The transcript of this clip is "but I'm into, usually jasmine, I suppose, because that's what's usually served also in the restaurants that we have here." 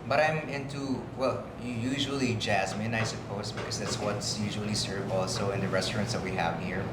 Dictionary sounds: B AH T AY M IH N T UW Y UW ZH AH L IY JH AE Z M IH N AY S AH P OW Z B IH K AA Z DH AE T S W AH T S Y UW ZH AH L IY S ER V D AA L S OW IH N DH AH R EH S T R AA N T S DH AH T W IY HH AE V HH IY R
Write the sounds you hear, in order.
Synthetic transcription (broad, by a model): B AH T AY M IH N T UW Y UW ZH AH L IY JH AE Z M IH N AY S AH P OW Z B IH K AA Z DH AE T S W AH T S Y UW ZH AH L IY S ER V AA L S OW IH N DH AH R EH S T R AA N T S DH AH T W IY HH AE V HH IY R